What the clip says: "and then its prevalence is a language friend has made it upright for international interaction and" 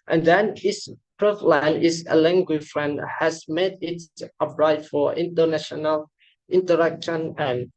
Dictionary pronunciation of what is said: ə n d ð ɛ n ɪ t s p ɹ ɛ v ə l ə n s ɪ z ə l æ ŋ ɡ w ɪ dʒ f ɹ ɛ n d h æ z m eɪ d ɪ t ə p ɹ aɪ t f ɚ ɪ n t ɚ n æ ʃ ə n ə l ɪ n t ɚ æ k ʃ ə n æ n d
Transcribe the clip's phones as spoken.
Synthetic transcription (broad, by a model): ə n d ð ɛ n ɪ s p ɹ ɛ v l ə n ɪ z ə l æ ŋ ɡ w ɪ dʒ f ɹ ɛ n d h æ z m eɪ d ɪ t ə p ɹ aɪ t f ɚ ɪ n t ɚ n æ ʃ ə n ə l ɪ n t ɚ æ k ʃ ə n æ n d